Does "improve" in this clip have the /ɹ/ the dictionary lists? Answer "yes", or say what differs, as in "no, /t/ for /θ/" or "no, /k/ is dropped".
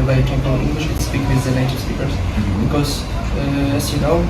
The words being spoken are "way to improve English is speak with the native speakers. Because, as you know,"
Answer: no, /ɹ/ is dropped